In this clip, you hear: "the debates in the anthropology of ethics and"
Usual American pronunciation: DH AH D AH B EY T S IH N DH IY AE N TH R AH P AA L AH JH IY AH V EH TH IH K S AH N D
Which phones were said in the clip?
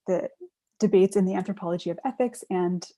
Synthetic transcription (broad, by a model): DH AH D AH B EY T S IH N DH IY AE N TH R AH P AA L AH JH IY AH V EH TH IH K S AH N